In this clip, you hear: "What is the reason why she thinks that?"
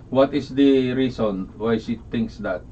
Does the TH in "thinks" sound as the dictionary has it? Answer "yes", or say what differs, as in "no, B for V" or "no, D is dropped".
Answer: no, T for TH